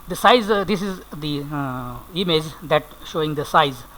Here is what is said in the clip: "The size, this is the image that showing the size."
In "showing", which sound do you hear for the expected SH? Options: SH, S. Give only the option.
SH